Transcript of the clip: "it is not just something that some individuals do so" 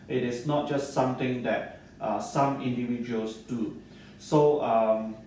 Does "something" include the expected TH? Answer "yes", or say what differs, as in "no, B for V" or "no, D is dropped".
no, T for TH